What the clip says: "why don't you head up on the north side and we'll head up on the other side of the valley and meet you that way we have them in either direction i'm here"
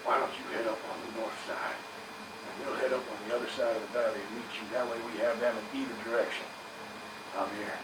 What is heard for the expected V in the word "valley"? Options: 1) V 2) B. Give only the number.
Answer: 2